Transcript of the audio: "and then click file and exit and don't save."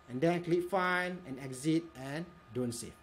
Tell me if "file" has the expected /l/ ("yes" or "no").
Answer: no